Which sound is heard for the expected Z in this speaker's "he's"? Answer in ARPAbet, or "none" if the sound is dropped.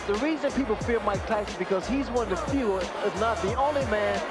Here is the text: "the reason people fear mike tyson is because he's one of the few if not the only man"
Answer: Z